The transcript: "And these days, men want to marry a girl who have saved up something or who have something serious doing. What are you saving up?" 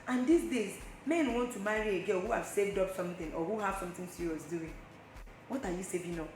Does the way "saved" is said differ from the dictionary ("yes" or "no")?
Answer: no